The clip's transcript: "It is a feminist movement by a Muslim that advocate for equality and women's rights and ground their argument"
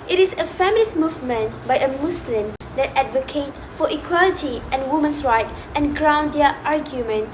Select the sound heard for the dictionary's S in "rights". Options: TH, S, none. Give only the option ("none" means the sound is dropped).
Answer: none